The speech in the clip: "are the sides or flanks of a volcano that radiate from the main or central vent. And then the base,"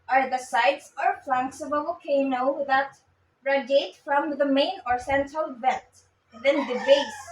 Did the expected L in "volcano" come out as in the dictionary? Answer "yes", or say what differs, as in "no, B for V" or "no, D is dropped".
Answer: no, L is dropped